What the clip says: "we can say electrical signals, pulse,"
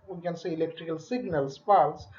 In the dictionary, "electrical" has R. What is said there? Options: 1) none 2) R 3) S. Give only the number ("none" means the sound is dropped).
2